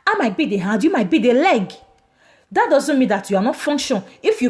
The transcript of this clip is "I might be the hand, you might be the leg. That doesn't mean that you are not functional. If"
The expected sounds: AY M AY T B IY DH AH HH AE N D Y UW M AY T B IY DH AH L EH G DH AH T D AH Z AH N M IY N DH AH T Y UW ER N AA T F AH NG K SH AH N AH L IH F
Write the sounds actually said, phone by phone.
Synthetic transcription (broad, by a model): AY M AY T B IY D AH HH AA D Y UW M AY T B IY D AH L EH G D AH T D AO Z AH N M IY N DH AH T Y UW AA N AA T F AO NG K SH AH N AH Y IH